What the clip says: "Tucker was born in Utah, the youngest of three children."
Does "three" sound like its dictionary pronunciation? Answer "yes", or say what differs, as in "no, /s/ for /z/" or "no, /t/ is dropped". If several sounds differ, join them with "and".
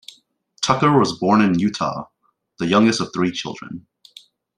yes